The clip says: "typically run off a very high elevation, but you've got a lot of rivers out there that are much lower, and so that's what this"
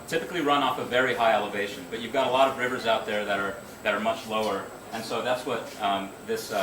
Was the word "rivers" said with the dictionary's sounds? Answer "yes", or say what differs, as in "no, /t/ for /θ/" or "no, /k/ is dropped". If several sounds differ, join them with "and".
yes